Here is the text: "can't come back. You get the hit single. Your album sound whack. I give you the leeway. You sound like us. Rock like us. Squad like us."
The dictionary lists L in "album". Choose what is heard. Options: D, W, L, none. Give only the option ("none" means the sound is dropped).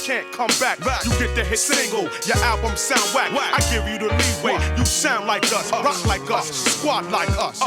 L